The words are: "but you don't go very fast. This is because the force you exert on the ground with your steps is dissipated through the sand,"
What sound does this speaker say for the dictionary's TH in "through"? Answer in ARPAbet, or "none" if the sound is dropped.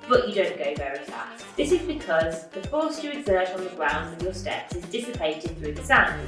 TH